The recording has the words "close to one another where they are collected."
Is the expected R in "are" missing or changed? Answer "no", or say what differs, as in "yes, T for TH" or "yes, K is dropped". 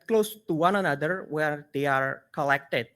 no